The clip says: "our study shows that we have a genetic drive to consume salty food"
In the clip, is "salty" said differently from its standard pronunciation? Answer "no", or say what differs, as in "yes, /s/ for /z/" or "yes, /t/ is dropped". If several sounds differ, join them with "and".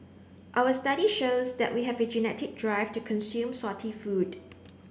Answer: yes, /l/ is dropped